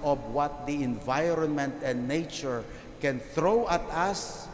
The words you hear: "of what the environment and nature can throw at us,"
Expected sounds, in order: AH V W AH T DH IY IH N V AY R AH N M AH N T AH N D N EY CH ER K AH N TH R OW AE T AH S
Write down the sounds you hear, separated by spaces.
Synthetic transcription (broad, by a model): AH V W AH T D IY IH N V AY R AH N M AH N T AH N D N EY CH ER K AH N TH R OW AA T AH S